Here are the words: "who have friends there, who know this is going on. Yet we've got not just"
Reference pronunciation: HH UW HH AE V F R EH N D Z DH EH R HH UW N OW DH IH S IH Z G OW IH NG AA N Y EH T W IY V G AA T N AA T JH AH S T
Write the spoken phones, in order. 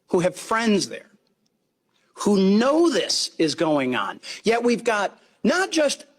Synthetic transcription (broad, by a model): HH UW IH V F R EH N D Z DH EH R HH UW N OW DH IH S IH Z G OW IH NG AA N Y EH T W IY V G AA T N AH T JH AH S T